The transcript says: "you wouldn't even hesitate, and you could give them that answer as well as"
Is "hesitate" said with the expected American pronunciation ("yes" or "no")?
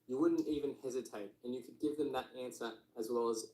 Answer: yes